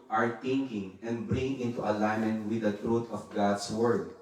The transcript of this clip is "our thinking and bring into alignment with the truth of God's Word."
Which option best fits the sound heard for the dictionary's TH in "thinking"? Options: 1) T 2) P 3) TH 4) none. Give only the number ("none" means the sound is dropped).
1